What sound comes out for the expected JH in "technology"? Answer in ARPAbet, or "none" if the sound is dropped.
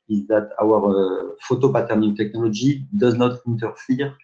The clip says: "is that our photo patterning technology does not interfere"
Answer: ZH